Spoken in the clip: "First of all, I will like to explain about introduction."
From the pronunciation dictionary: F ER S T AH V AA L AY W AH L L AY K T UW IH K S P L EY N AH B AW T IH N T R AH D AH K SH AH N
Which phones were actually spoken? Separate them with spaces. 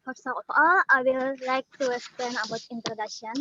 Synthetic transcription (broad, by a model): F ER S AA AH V AA L AY W AH L L AY K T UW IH S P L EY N AH B AW T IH N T R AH D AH K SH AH N